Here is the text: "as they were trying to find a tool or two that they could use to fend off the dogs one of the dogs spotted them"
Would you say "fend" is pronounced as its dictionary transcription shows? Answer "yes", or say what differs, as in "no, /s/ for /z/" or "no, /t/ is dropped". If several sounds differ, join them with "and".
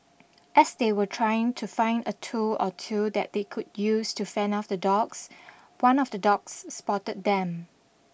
no, /d/ is dropped